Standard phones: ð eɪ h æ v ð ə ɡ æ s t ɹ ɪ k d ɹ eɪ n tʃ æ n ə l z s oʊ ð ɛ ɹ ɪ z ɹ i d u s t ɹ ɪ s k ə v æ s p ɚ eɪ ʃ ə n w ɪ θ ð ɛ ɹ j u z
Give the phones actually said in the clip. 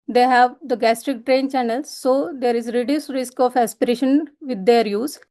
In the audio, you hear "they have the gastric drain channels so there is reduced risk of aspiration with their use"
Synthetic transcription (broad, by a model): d eɪ h æ v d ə ɡ æ s t ɹ ɪ k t ɹ eɪ n tʃ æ n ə l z s oʊ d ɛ ɹ ɪ z ɹ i d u s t ɹ ɪ s k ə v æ s p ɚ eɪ ʃ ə n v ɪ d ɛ ɹ j u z